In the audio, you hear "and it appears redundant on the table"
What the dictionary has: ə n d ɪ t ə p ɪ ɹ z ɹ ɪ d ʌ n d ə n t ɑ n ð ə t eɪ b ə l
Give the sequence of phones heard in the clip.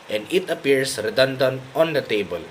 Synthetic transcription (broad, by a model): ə n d ɪ t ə p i ɹ s ɹ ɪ d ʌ n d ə n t ɑ n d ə t eɪ b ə l